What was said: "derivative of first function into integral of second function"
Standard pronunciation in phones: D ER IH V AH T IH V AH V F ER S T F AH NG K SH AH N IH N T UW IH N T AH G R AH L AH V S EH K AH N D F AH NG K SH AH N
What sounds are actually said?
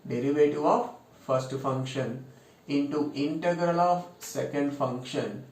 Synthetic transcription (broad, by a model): D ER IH V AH T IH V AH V F ER S T F AH NG K SH AH N IH N T UW IH N T AH G R AH L AH V S EH K AH N D F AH NG K SH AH N